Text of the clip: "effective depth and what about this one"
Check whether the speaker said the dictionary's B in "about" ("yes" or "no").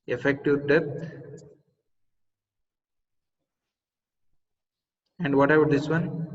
no